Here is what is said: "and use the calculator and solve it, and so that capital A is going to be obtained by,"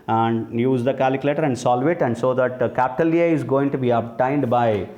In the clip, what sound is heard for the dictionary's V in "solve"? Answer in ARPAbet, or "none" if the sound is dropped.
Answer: V